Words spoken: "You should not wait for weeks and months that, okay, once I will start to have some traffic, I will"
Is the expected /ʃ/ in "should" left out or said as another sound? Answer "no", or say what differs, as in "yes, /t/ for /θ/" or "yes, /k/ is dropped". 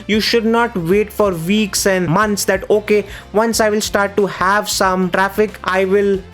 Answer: no